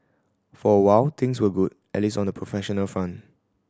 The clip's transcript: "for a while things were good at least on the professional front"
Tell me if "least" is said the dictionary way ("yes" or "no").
no